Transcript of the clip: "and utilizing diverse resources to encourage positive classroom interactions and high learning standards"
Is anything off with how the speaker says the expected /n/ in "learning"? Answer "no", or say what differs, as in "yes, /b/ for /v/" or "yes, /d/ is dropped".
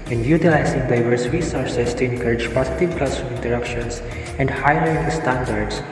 yes, /n/ is dropped